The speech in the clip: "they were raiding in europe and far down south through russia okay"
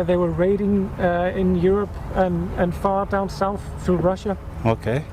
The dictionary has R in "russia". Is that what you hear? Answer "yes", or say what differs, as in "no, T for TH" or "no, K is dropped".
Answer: yes